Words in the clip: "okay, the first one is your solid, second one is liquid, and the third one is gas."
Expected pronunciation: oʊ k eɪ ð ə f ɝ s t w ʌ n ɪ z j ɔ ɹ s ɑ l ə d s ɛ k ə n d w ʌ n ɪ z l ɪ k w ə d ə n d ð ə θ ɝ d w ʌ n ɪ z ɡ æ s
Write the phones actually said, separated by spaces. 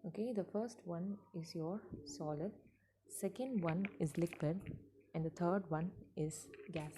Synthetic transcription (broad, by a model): oʊ k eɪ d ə f ɝ s t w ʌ n ɪ z j ɔ ɹ s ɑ l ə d s ɛ k ə n d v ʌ n ɪ z l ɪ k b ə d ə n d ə t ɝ d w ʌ n ɪ z ɡ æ s